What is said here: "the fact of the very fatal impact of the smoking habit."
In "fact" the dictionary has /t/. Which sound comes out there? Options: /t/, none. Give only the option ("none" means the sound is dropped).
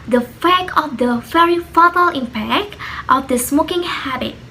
none